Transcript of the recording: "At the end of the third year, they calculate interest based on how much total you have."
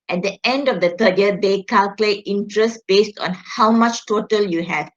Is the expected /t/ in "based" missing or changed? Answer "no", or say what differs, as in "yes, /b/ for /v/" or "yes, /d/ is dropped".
no